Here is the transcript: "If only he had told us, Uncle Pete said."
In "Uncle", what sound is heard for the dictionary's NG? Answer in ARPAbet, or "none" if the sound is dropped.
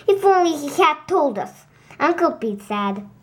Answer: NG